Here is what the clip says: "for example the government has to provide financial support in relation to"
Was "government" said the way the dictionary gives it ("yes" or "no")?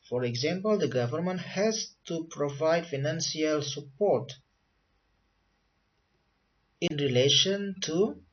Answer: yes